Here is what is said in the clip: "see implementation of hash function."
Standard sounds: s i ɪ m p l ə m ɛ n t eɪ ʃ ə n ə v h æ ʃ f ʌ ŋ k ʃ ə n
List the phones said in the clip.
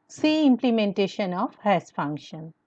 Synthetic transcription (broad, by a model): s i ɪ m p l ə m ɛ n t eɪ ʃ ə n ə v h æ s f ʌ ŋ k ʃ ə n